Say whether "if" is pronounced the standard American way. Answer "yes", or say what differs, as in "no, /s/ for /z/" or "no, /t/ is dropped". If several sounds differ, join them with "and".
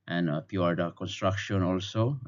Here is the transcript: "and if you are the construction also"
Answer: no, /p/ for /f/